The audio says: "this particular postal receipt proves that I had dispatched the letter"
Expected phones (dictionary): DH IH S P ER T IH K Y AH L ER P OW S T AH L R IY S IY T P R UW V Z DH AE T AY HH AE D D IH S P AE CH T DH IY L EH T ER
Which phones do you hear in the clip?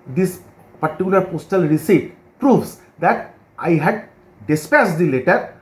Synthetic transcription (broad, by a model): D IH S P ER T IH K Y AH L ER P OW S T AH L R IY S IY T P R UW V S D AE T AY HH AE D D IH S P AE S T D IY L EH T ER